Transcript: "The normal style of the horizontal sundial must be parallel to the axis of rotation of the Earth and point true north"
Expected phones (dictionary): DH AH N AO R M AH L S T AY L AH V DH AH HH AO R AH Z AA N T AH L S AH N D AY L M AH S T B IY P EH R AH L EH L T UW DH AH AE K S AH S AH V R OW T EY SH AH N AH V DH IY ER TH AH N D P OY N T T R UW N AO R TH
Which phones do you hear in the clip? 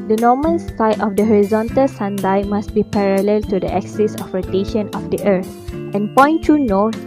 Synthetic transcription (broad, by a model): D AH N AO M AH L S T AY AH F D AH HH AO R AH Z AA N T AH L S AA N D AY M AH S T B IY P EH R AH L EH L T UW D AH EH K S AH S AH F R OW T EY SH AH N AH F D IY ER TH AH N P OY N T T UW N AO